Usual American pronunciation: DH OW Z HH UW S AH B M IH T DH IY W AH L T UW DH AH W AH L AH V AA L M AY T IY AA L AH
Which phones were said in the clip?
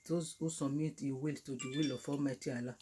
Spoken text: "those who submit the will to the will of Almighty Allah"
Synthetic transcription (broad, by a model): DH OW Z HH UW S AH M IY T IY W AH L T UW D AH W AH L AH F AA M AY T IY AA L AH